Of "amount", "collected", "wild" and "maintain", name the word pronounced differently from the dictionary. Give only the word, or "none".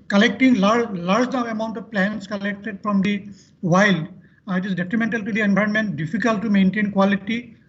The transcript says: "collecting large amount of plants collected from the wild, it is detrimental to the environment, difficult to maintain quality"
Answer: none